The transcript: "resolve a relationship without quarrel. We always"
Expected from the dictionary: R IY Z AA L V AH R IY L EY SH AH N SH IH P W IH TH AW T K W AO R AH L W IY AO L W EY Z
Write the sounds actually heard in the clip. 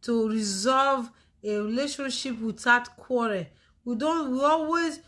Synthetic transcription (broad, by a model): R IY Z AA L V AH R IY L EY SH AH N SH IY P W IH T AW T K W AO R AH N W IY AO L W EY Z